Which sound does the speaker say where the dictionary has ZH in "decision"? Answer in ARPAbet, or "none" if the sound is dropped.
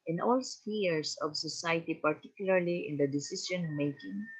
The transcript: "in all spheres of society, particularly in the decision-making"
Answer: S